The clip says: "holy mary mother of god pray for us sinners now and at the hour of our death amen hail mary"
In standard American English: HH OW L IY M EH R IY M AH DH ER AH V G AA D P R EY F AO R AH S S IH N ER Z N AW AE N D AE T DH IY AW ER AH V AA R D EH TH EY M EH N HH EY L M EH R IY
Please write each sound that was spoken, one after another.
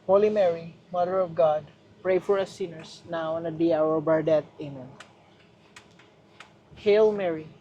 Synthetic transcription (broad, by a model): HH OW L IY M EH R IY M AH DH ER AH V G AA D P R EY F AO R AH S S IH N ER S N AW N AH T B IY AW ER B AA R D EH T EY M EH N HH EY L M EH R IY